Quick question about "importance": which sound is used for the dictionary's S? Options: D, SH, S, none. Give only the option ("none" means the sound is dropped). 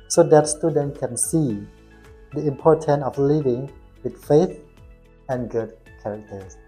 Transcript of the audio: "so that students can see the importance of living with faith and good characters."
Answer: none